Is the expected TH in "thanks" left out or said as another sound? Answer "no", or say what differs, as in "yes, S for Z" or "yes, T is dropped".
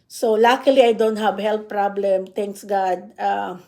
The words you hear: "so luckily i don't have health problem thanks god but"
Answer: yes, T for TH